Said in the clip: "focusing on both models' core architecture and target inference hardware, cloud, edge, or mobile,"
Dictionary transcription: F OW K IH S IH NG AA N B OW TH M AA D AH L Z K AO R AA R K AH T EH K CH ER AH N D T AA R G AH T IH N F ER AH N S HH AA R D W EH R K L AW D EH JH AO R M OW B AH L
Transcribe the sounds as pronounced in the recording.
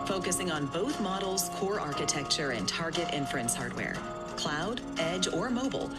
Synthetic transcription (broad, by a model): F OW K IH S IH NG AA N B OW TH M AA D L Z K AO R AA R K AH T EH K CH ER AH N T AA R G AH T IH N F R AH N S HH AA R D W EH R K L AW D EH JH AO R M OW B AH L